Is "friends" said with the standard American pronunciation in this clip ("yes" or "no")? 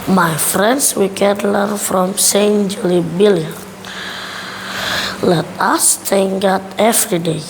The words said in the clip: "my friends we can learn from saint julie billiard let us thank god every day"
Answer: no